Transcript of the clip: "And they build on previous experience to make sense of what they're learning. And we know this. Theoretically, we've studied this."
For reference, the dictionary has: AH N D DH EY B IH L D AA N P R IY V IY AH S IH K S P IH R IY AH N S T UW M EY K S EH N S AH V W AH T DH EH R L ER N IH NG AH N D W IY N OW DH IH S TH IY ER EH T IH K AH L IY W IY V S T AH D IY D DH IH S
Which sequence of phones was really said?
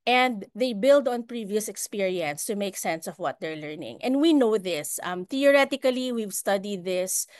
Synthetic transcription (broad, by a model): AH N D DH EY B IH L D AA N P R IY V IY AH S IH K S P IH R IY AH N S T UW M EY K S EH N S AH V W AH T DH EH R L ER N IH NG AH N D W IY N OW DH IH S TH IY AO EH T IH K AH L IY W IY V S T AH D IY D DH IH S